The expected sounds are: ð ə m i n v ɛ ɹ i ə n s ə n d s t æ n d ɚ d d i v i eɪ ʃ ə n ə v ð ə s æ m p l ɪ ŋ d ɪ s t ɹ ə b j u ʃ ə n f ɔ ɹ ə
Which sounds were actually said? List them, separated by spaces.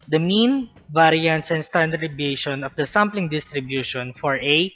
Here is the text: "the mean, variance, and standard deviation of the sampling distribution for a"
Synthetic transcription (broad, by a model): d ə m i n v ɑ ɹ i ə n s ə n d s t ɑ n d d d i b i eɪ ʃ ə n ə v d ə s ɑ m p l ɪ ŋ d ɪ s t ɹ ə b j u ʃ ə n f ɔ ɹ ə